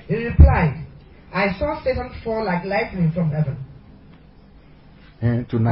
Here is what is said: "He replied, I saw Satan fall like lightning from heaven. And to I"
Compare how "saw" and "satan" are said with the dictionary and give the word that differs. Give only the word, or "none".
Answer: none